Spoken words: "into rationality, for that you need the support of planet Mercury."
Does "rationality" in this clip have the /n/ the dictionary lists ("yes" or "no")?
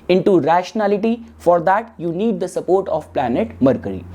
yes